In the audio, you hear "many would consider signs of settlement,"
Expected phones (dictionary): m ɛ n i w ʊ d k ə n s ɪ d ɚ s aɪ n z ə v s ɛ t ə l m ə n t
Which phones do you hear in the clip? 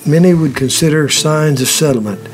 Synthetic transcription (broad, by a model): m ɛ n i w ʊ d k ə n s ɪ d ɚ s aɪ n z ə v s ɛ t l m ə n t